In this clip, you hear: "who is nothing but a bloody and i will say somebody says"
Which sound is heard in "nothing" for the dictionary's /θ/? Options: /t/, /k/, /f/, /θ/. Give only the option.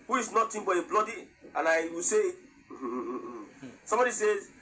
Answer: /t/